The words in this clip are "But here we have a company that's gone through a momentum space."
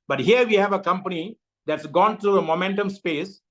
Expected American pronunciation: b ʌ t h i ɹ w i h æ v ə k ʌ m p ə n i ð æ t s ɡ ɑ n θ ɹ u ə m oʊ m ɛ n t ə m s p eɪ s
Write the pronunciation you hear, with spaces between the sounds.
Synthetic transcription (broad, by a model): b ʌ t h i ɹ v i h æ v ə k ʌ m p ə n i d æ t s ɡ ɑ n t ɹ u ə m oʊ m ɛ n t ə m s p eɪ s